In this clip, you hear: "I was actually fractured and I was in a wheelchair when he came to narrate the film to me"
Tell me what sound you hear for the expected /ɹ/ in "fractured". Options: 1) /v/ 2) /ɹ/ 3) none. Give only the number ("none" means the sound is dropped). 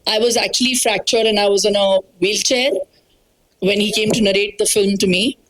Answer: 2